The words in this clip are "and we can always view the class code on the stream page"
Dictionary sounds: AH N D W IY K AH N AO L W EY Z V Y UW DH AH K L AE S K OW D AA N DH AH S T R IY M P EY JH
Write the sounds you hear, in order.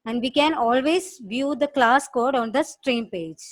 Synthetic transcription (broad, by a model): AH N D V IY K AH N AO L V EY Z V Y UW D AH K L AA S K OW D AA N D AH S T R IY M P EY JH